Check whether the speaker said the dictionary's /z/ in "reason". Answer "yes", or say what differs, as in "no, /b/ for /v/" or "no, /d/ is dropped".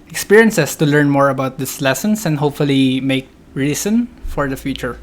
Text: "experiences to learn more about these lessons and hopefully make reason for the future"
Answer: no, /s/ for /z/